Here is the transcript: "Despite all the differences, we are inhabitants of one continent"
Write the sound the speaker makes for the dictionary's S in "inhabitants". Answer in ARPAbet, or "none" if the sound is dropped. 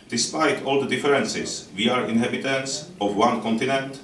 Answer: S